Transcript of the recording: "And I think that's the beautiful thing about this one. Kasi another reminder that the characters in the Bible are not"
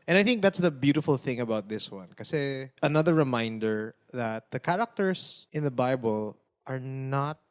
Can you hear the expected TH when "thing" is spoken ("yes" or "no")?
yes